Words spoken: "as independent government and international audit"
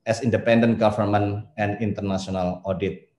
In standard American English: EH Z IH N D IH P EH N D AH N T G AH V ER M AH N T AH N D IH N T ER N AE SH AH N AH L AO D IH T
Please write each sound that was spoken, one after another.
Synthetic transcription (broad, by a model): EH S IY N D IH P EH N D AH N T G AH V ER M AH N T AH N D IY N T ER N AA S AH N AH L AO D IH T